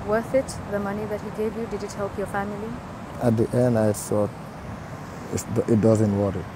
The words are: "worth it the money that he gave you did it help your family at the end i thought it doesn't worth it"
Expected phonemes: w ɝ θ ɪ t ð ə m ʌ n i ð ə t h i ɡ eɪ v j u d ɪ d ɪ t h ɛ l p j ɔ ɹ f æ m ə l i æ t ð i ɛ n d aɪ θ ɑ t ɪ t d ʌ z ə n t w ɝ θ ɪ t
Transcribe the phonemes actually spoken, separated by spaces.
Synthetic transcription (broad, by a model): w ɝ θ ɪ t ð ə m ʌ n i ð ə t h i ɡ eɪ v j u d ɪ d ɪ t h ɛ l p j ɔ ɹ f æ m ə l i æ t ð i ɛ n d aɪ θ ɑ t ɪ t d ʌ z ə n t w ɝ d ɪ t